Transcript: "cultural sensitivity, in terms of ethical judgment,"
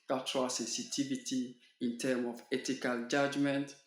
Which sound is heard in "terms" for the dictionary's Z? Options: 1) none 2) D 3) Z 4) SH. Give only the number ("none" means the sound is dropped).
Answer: 1